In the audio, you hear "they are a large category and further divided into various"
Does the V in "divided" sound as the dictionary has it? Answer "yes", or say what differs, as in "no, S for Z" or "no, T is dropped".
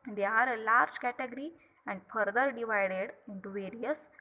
yes